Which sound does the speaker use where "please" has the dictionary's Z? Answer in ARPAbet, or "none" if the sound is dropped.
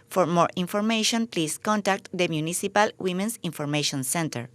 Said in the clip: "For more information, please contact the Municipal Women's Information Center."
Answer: S